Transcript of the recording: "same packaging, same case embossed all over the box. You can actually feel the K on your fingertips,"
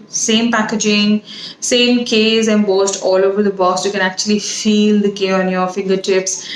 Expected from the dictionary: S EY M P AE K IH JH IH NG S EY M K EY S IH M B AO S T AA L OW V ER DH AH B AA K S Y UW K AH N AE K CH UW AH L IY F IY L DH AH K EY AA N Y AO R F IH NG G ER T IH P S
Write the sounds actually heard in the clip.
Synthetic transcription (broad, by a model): S EY M P AE K IH JH IH NG S EY M K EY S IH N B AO S T AA L OW V ER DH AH B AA S Y UW K AH N AE K CH UW AH L IY F IY L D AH K EY AA N Y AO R F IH NG G ER T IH P S